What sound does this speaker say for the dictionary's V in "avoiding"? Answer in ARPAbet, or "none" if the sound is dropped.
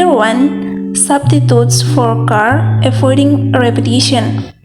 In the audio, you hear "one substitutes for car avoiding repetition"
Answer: F